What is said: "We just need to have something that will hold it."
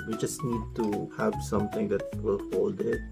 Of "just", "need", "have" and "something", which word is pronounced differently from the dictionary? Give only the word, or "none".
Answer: something